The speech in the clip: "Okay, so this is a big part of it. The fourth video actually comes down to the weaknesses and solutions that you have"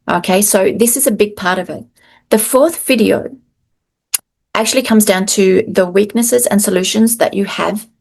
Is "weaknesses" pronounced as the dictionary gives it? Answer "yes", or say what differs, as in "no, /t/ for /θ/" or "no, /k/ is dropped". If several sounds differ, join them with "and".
yes